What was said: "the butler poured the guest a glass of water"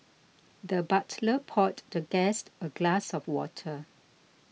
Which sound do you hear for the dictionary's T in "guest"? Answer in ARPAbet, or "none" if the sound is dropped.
T